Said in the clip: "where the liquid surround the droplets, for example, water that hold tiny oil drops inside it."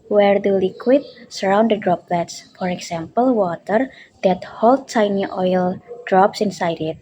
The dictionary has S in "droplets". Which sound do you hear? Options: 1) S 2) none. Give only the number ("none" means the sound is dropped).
1